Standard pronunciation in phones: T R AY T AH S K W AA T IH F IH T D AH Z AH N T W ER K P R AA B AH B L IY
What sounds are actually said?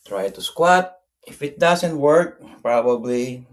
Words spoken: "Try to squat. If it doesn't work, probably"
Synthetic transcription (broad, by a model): T R AY T AH S K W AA T IH F IH T D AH S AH N T W ER K P R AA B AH B L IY